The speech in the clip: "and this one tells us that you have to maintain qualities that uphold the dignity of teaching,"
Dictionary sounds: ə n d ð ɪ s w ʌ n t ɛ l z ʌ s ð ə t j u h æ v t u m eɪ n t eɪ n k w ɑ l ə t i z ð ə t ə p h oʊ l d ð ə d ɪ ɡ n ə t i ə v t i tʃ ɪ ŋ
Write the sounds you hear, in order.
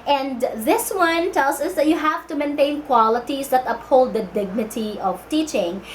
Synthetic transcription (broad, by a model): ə n d ð ɪ s w ʌ n t ɛ l s ʌ s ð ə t j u h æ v t u m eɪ n t eɪ n k w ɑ l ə t i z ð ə t ə p h oʊ l d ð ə d ɪ ɡ n ə t i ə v t i tʃ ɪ ŋ